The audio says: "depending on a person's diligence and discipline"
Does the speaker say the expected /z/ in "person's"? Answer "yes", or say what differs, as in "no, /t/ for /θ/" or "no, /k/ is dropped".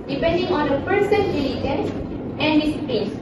no, /z/ is dropped